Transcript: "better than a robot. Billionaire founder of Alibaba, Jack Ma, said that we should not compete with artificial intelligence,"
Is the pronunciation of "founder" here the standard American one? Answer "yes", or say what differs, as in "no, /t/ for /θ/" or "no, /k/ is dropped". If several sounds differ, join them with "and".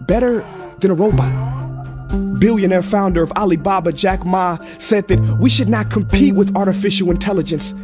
yes